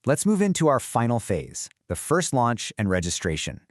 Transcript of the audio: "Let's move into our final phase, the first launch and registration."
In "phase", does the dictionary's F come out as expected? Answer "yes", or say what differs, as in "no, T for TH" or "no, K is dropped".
yes